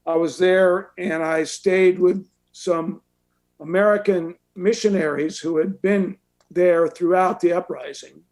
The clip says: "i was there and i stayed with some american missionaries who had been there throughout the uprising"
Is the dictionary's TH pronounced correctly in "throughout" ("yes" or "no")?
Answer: yes